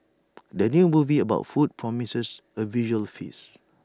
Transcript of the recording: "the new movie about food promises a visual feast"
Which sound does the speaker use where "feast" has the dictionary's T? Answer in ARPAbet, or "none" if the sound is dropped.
none